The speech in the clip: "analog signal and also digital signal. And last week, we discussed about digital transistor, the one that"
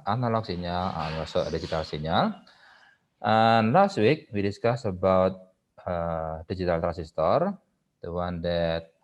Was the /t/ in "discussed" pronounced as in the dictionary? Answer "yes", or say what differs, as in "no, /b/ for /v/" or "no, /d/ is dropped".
no, /t/ is dropped